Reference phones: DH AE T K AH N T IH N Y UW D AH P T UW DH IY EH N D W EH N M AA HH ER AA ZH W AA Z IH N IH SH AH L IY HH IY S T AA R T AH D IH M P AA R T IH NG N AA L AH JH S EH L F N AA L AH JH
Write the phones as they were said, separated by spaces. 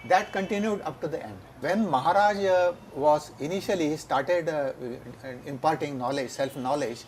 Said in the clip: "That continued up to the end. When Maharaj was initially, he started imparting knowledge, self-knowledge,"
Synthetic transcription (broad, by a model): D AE T K AH N T IH N Y UW D AH P T UW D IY EH N D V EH N M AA HH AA AA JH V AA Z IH N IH SH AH L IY IY S T AA R T AH D IH M P AA R T IH NG N AA L AH JH S EH L F N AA L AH JH